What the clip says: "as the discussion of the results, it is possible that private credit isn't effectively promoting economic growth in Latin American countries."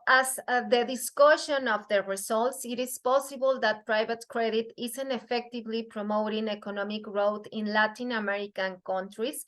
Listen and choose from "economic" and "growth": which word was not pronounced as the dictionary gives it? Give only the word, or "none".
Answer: growth